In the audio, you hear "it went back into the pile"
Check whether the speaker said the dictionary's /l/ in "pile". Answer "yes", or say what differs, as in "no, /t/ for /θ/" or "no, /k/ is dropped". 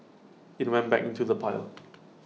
yes